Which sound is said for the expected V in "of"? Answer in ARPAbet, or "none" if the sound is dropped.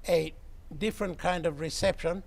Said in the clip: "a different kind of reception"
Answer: V